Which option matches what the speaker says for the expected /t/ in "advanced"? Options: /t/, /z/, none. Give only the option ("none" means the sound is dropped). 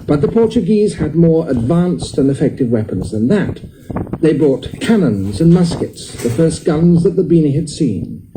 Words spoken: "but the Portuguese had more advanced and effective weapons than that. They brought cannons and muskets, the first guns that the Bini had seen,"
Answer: /t/